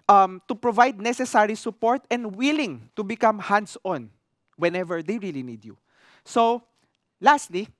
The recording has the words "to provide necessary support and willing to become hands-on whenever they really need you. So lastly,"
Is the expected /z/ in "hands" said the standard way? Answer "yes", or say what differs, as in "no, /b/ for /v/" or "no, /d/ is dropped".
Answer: no, /s/ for /z/